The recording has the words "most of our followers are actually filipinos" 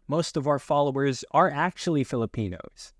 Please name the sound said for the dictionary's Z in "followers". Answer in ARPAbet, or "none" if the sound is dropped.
Z